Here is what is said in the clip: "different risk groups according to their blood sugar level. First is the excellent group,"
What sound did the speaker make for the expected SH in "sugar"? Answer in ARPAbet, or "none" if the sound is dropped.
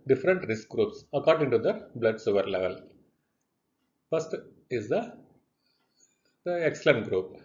S